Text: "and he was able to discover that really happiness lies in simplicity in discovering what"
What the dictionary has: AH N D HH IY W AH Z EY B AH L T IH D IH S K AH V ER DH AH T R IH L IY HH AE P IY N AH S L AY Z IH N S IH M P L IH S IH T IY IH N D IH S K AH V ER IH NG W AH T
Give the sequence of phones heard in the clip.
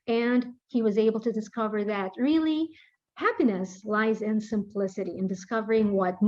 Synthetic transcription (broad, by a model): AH N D HH IY W AH Z EY B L T IH D IH S K AH V ER DH AH T R IH L IY HH AE P IY N AH S L AY Z IH N S IH M P L IH S IH T IY IH N D IH S K AH V ER IH NG W AH T